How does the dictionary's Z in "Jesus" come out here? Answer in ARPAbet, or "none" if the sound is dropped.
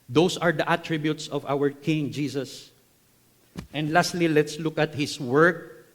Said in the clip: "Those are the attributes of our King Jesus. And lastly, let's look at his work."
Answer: S